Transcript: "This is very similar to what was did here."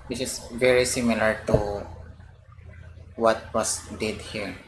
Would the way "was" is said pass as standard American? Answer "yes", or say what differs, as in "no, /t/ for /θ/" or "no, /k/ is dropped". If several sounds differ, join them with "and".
no, /s/ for /z/